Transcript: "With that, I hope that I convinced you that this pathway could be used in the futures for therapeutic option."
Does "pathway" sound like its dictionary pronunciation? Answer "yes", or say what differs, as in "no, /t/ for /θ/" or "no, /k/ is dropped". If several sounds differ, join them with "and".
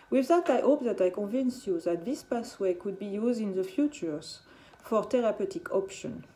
no, /s/ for /θ/